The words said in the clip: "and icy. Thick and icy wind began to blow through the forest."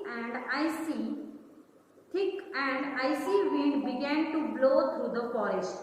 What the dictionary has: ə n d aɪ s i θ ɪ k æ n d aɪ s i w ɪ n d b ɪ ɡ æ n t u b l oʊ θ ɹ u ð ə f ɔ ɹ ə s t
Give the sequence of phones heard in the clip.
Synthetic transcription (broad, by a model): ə n d aɪ s i t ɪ k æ n d aɪ s i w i d b ɪ ɡ æ n t u b l oʊ t ɹ u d ə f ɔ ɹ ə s t